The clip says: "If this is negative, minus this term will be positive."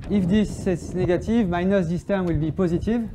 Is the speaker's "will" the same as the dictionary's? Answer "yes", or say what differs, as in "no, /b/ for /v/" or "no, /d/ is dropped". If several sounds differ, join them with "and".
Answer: yes